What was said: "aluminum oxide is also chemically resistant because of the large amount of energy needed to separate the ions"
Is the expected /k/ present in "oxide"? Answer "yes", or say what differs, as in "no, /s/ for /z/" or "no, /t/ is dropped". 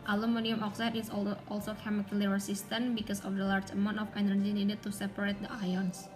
yes